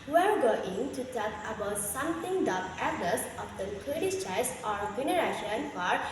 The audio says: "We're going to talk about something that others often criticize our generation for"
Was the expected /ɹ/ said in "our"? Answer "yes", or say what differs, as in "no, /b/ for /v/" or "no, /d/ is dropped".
yes